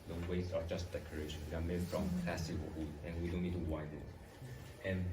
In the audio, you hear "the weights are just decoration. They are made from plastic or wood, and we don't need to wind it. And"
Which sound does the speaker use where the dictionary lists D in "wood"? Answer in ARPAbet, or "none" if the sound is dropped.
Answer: none